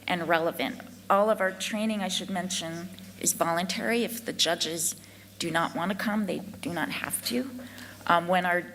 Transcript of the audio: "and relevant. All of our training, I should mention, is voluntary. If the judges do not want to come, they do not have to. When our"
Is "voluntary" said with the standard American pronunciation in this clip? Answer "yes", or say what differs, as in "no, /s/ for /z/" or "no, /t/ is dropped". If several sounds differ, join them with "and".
yes